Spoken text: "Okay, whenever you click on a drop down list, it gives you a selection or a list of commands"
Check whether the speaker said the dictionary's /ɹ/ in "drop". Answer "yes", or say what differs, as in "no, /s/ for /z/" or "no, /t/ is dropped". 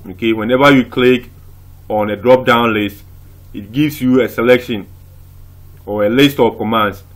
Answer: yes